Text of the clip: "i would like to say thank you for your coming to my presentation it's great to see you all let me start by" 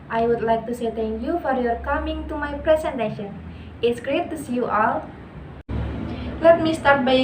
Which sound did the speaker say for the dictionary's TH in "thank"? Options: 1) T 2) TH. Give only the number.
1